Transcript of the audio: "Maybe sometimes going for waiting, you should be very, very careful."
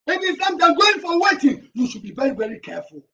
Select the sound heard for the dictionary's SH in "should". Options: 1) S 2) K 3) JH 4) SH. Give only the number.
4